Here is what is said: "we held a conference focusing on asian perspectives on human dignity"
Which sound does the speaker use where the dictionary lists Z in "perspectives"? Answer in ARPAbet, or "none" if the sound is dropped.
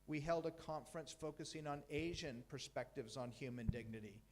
Z